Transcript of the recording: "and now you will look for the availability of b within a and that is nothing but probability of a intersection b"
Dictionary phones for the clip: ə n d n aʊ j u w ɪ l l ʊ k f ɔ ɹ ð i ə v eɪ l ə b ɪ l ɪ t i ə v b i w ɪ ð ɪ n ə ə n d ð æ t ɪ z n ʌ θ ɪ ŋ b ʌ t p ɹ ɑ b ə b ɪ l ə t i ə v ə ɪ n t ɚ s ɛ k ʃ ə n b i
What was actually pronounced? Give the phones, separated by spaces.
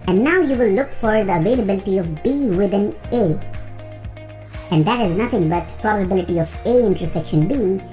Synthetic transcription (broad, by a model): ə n n aʊ j u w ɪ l l ʊ k f ɔ ɹ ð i ə v eɪ l ə b ɪ l ɪ t i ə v b i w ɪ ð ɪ n ə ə n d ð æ t ɪ z n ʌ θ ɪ ŋ b ʌ t p ɹ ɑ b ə b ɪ l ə t i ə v ə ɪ n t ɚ s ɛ k ʃ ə n b i